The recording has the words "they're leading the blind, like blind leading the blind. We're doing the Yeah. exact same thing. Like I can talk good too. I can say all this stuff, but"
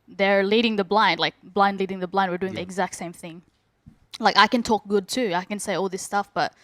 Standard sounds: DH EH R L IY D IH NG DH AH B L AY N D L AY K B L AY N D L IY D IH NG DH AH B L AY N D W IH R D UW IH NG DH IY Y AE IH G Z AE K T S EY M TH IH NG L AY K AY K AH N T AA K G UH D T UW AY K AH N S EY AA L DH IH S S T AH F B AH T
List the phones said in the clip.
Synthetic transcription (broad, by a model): DH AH R L IY D IH NG DH AH B L AY N D L AY K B L AY N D L IY D IH NG DH AH B L AY N D W IH R D UW IH NG DH IY IH G Z AE K T S EY M TH IH NG L AY K AY K AH N T AA K G UH D T UW AY K AH N S EY AA L DH IH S S T AH F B AH T